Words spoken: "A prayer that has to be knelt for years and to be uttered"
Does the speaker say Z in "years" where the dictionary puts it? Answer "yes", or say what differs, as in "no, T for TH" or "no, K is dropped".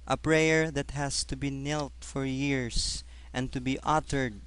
no, S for Z